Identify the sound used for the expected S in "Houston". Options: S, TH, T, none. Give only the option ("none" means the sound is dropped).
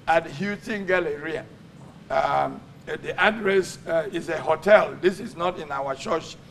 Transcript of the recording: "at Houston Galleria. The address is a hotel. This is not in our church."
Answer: none